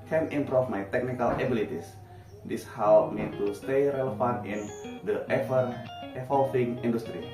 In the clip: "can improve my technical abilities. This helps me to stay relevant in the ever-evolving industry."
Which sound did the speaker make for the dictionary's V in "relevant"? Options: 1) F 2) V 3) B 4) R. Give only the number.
1